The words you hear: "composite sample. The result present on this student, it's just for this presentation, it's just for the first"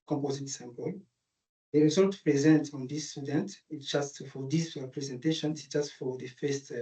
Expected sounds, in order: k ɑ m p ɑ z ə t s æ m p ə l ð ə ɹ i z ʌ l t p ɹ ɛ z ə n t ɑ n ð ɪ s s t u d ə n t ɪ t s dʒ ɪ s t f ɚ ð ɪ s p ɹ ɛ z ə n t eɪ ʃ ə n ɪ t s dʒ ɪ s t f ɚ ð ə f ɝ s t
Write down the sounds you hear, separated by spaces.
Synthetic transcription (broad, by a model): k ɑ m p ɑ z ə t s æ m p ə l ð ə ɹ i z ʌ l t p ɹ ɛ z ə n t ɑ n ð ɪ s s t u d ə n t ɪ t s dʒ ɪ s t f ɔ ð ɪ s p ɹ ɛ z ə n t eɪ ʃ ə n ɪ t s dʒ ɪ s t f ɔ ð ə f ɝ s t